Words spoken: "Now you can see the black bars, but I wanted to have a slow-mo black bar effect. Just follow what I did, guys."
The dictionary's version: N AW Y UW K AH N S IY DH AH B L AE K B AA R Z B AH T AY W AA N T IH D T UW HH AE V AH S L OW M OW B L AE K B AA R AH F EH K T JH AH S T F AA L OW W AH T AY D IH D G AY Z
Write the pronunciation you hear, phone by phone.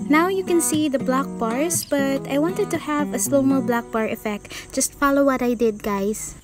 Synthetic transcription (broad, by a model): N AW Y UW K AH N S IY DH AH B L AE K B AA R S B AH T AY W AA N T IH D T UW HH AE V AH S L OW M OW B L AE K B AA R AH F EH K T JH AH S T F AA L OW W AH T AY D IH D G AY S